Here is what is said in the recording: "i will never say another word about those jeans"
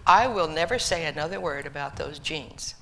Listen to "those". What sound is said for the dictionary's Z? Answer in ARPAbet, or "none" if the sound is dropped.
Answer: Z